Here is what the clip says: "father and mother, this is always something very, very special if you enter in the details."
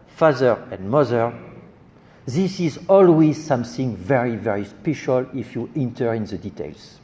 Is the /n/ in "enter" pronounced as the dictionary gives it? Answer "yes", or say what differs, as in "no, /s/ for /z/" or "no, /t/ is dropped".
yes